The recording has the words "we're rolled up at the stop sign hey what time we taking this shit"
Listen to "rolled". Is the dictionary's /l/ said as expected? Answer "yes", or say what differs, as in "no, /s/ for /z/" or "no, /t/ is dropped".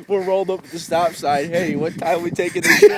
yes